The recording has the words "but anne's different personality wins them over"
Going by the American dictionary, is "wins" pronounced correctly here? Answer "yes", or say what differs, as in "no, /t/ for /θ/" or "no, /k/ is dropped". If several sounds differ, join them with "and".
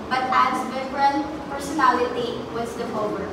no, /n/ is dropped